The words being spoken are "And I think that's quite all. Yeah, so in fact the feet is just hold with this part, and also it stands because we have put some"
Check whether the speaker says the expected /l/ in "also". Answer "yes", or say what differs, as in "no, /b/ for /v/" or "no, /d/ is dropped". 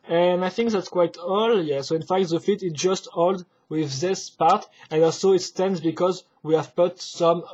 yes